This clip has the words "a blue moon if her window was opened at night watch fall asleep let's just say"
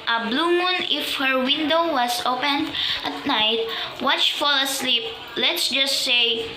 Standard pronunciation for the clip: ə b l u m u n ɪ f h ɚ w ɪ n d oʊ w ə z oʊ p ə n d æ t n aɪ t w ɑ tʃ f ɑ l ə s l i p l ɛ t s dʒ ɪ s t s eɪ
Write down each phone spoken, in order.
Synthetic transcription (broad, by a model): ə b l u m u n ɪ f h ɚ w ɪ n d oʊ w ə s oʊ p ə n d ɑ t n aɪ t w ɑ tʃ f ɑ l ə s l i p l ɛ t s dʒ ɪ s t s eɪ